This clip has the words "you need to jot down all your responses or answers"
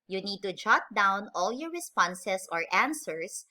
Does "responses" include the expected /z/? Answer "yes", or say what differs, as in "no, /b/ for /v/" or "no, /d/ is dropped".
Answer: no, /s/ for /z/